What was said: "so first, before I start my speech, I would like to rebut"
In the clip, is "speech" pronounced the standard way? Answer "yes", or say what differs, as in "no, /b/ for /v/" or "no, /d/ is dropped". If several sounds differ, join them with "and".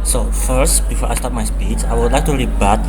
no, /s/ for /tʃ/